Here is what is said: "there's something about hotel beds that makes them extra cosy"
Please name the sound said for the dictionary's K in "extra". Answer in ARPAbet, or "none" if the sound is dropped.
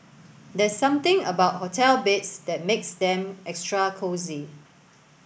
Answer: K